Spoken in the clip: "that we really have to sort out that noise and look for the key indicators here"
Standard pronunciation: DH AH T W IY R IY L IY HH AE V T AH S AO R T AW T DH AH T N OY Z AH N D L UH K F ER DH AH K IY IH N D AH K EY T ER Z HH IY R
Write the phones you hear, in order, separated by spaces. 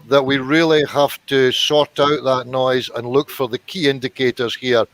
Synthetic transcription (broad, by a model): DH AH T W IY R IY L IY HH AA F T AH S AO R T AW T DH AH T N OY Z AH N L UH K F ER DH AH K IY IH N D AH K EY T ER Z HH IY R